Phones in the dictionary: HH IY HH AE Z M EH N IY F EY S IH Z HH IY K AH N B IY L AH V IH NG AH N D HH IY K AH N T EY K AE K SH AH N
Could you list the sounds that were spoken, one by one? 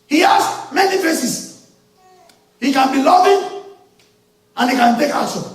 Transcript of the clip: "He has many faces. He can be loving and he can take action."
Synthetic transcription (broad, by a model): HH IY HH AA S M EH N IY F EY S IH S HH IY K AH N B IY L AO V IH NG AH N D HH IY K AH N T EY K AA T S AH